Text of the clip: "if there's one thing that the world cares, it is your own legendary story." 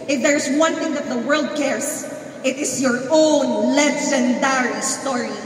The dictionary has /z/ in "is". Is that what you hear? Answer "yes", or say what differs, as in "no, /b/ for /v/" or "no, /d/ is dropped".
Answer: no, /s/ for /z/